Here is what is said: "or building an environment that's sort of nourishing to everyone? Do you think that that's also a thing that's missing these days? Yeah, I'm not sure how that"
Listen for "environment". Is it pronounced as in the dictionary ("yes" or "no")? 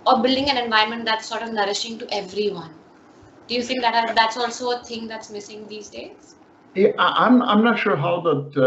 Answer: no